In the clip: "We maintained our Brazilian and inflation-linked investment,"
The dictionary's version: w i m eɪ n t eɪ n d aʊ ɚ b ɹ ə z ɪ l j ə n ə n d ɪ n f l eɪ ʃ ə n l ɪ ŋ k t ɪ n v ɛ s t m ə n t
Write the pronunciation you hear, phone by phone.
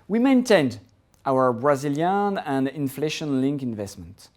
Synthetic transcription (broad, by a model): w i m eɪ n t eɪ n d aʊ ɚ b ɹ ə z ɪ l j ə n ə n d ɪ n f l eɪ ʃ ə n l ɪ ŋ k ɪ n v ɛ s t m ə n t